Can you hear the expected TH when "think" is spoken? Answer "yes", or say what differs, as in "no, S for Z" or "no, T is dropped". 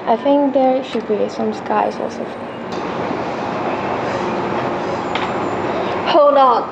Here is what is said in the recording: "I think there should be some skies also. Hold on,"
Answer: yes